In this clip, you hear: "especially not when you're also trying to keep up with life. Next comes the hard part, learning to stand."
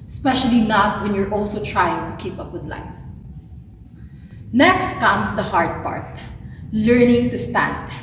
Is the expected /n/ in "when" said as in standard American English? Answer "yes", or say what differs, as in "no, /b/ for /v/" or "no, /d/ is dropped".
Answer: yes